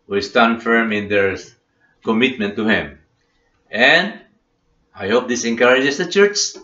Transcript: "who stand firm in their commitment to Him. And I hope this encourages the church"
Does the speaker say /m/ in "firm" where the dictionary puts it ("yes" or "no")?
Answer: yes